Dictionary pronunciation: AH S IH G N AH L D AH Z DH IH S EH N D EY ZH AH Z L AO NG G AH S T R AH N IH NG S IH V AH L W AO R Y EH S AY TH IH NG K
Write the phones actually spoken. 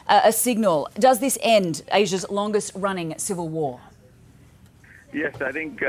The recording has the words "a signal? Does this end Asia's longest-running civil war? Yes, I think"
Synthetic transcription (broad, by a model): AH S IH G N AH L D AH Z DH IH S EH N D EY ZH AH Z L AO NG G AH S T R AH N IH NG S IH V AH L W AO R Y EH S AY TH IH NG K